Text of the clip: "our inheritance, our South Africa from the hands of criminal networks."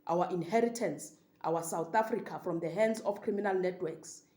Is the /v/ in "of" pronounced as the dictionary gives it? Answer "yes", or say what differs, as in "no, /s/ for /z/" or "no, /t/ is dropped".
no, /f/ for /v/